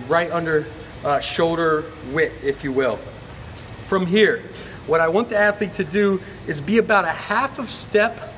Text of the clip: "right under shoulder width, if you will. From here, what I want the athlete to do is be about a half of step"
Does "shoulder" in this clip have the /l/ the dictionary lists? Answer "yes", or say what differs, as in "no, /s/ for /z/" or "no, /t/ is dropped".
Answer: yes